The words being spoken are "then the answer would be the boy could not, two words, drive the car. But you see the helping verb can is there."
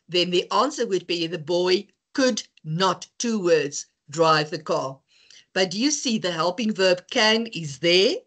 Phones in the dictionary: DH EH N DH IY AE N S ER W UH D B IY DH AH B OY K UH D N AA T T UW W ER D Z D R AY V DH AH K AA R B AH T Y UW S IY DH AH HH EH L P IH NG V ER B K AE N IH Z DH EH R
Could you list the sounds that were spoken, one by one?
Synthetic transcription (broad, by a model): DH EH N DH IY AE N S ER W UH D B IY DH AH B OY K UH D N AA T T UW W ER D Z D R AY V DH AH K AA R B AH T Y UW S IY DH AH HH EH L P IH NG V ER B K AE N IH Z DH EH R